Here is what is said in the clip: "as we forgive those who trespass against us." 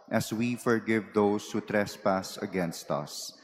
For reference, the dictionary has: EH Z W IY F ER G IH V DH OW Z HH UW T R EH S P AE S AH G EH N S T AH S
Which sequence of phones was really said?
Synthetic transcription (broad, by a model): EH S W IY F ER G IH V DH OW S HH UW T R EH S P AE S AH G EH N S T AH S